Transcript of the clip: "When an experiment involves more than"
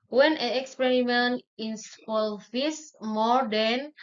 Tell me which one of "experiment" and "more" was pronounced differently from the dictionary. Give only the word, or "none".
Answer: experiment